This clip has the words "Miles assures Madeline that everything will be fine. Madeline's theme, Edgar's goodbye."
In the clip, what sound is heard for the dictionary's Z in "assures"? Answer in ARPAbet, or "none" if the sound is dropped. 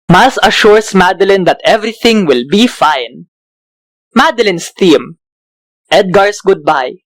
S